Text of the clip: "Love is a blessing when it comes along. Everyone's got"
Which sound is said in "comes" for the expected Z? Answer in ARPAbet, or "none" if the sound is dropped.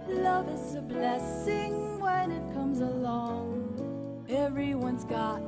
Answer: Z